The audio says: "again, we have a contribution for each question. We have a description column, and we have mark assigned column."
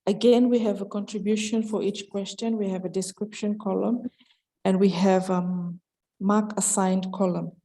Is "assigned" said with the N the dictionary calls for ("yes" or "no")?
yes